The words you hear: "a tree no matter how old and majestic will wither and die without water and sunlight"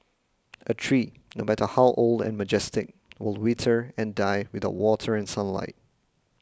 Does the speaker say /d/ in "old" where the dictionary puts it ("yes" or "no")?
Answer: yes